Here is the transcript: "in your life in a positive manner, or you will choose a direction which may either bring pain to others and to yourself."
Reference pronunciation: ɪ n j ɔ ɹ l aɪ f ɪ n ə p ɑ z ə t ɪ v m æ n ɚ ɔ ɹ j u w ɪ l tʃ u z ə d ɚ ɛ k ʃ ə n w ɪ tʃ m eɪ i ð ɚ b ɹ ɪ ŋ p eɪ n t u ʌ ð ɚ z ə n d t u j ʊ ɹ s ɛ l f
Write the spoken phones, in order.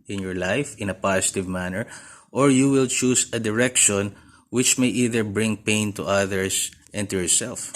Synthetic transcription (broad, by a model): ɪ n j ɔ ɹ l aɪ f ɪ n ə p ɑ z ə t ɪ v m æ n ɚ ɔ ɹ j u w ɪ l tʃ u s ə d ɚ ɛ k ʃ ə n w ɪ tʃ m eɪ i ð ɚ b ɹ ɪ ŋ p eɪ n t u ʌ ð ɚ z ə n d t u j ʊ ɹ s ɛ l f